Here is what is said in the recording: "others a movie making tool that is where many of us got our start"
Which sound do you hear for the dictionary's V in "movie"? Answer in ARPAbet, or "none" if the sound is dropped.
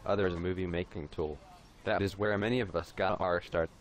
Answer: V